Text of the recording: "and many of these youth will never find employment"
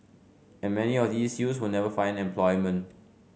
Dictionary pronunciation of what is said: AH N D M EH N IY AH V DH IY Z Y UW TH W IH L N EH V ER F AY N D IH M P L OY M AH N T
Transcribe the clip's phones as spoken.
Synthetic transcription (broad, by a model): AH N M EH N IY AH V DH IY S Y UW S W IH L N EH V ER F AY N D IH M P L OY M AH N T